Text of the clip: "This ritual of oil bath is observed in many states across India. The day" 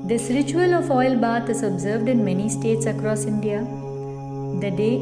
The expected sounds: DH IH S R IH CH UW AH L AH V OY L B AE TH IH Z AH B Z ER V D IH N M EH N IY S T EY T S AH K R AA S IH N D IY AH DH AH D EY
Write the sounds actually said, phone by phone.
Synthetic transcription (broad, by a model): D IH S R IH CH UW AH L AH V OY L B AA T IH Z AH B Z ER V D IH N M EH N IY S T EY T S AH K R AA S IH N D IY AH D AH D EY